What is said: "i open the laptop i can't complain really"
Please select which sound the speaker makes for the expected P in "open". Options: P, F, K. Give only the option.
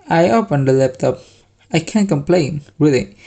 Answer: F